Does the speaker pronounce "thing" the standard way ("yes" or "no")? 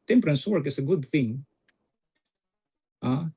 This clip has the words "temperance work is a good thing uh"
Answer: yes